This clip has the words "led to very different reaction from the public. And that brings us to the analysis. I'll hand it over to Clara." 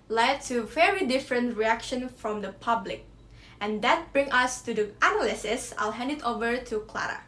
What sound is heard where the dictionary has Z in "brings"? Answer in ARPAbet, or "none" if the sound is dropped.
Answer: none